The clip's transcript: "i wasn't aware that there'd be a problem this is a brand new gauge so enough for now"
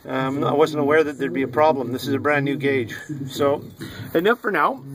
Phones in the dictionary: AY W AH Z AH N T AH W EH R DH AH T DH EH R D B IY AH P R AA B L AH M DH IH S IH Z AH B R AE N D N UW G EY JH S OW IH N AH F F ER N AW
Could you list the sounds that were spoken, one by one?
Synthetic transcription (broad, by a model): AY W AH Z AH N T AH W EH R DH AH T DH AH R D B IY AH P R AA B L AH M DH IH S IH Z AH B R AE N N UW G EY JH S OW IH N AH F F ER N AW